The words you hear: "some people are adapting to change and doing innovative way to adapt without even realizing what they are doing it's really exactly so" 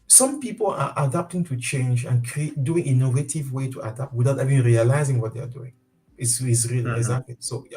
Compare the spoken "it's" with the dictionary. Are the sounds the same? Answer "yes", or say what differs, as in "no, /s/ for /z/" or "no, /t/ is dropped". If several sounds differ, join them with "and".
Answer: no, /s/ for /t/